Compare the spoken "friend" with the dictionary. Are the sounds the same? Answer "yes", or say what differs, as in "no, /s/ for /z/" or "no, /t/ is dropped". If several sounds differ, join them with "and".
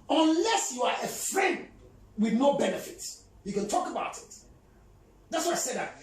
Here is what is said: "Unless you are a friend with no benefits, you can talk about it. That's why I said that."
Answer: yes